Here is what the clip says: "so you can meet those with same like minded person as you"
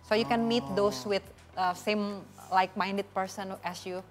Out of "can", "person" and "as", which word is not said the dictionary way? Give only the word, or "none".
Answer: as